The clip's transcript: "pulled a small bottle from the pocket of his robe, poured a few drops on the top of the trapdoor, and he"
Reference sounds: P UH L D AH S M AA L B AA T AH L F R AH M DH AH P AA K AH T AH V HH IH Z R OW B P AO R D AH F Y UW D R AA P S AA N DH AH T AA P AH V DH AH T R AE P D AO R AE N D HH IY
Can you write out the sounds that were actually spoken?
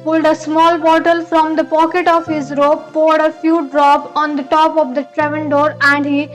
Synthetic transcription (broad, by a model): P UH L D AH S M AA L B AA T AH L F R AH M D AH P AA K AH T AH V HH IH Z R OW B P AO R D AH F Y UW D R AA P AA N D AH T AA P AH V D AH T R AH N D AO R AE N D HH IY